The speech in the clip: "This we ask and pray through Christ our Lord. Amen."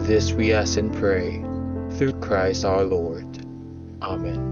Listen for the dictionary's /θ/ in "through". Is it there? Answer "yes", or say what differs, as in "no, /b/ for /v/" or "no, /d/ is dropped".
yes